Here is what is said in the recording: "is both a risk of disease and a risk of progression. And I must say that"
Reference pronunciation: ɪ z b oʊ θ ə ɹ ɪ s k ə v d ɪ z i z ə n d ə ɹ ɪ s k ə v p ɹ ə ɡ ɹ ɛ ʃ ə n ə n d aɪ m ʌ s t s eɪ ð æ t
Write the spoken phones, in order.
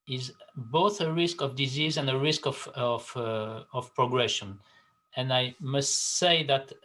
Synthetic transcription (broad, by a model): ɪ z b oʊ θ ə ɹ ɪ s k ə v d ɪ z i z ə n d ə ɹ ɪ s k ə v p ɹ ə ɡ ɹ ɛ ʃ ə n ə n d aɪ m ʌ s t s eɪ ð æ t